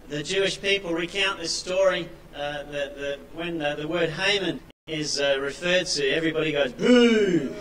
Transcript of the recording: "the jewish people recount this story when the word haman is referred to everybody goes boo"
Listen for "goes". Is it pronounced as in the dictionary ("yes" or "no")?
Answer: yes